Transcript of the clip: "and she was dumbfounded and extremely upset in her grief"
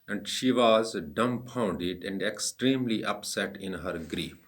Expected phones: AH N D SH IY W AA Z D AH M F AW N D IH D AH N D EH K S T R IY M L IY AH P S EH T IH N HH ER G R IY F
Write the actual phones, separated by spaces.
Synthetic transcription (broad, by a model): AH N D SH IY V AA Z D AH M P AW N D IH D AH N D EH K S T R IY M L IY AH P S EH T IH N HH ER G R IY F